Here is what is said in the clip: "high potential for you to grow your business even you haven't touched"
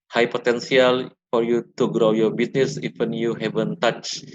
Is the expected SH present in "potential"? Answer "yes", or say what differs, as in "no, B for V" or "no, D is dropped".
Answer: no, S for SH